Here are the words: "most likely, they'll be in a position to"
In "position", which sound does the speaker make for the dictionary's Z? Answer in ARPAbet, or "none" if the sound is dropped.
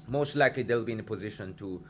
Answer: Z